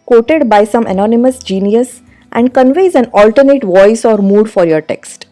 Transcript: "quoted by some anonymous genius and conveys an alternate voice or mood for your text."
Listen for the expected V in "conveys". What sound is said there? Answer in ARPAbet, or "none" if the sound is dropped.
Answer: V